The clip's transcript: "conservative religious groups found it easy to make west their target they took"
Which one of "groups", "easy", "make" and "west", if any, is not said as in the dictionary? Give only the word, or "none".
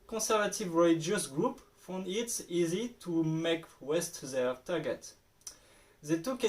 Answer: groups